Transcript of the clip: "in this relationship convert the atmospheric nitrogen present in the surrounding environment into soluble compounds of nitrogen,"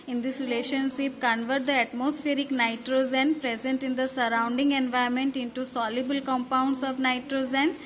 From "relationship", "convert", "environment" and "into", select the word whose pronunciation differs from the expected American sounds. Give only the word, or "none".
environment